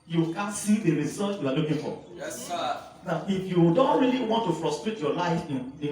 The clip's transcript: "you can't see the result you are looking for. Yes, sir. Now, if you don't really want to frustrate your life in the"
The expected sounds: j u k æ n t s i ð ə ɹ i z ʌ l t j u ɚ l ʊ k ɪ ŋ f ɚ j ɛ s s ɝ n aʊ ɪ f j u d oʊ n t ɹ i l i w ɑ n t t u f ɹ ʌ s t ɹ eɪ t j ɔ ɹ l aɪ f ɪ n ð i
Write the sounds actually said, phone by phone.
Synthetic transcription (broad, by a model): j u k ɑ n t s i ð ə ɹ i s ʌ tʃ j u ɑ l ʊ k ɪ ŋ f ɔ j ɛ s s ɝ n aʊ ɪ f j u d oʊ n t ɹ i l i w ɑ n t t u f ɹ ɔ s t ɹ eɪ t j ɔ l aɪ f ɪ n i